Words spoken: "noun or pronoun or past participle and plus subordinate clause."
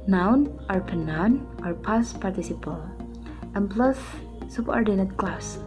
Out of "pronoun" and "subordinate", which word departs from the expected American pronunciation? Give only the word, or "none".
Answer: pronoun